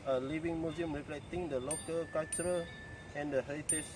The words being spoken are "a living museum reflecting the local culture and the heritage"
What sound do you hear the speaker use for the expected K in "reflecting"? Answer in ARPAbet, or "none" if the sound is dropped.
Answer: none